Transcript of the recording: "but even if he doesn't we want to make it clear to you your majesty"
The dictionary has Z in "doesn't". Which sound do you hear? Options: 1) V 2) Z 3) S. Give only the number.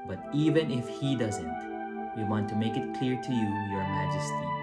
2